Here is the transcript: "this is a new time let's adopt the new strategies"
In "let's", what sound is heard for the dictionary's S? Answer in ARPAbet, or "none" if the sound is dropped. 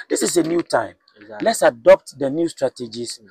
S